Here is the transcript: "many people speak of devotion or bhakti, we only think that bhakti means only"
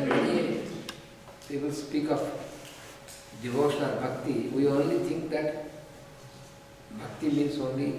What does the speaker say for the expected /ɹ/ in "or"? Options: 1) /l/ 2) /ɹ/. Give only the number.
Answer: 1